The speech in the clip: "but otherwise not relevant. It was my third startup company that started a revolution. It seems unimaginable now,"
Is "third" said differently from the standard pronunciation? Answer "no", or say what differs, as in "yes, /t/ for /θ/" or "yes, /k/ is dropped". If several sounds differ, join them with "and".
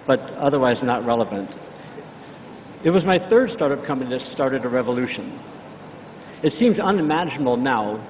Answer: no